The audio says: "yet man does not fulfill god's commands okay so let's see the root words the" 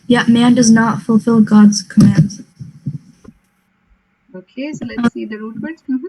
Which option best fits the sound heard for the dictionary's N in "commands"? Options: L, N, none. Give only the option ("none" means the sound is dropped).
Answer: N